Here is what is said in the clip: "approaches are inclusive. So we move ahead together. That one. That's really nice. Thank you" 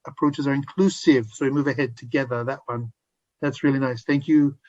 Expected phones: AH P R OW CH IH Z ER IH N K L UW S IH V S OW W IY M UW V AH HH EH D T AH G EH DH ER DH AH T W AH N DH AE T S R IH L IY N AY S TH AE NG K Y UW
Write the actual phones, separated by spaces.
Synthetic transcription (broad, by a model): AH P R OW CH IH Z ER IH N K L UW S IH V S OW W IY M UW V AH HH EH D T AH G EH DH ER DH AH T W AH N DH AE T S R IH L IY N AY S TH AE NG K Y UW